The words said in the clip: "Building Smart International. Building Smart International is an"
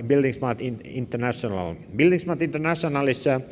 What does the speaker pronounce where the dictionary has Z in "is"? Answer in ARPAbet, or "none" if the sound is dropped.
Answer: S